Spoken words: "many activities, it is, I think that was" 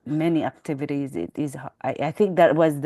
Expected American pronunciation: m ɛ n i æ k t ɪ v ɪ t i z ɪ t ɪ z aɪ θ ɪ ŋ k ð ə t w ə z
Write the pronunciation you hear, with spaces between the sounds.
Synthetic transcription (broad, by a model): m ɛ n i æ k t ɪ v ɪ t i z ɪ t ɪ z aɪ θ ɪ ŋ k ð ə t w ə z